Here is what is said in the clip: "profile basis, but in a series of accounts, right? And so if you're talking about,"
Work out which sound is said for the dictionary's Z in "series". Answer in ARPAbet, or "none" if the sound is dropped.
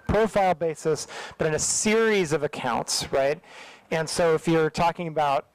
Z